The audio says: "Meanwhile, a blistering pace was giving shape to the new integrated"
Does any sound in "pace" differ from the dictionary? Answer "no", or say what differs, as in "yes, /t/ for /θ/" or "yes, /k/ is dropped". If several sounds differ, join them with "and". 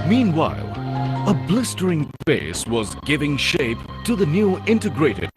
yes, /f/ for /p/